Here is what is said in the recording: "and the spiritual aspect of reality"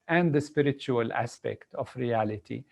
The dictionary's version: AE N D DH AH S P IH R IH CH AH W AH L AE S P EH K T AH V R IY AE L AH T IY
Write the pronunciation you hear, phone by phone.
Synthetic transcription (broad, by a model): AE N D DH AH S P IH R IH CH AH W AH L AE S P EH K T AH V R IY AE L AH T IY